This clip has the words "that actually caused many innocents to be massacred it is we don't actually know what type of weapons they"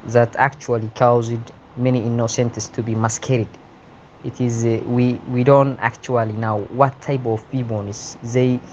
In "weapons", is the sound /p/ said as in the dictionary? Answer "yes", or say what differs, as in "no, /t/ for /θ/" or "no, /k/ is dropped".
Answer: no, /b/ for /p/